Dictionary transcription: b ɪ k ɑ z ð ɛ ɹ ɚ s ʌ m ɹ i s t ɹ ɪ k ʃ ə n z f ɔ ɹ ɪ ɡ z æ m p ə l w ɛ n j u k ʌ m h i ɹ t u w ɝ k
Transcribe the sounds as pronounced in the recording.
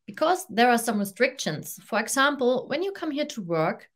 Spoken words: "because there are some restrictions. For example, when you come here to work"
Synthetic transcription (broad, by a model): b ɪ k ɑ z ð ɛ ɹ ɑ s ʌ m ɹ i s t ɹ ɪ k ʃ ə n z f ɔ ɹ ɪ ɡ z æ m p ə l w ɛ n j u k ʌ m h i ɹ t u w ɝ k